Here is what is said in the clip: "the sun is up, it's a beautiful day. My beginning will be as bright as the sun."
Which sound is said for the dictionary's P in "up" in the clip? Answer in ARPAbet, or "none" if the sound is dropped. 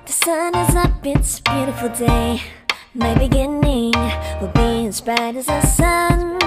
B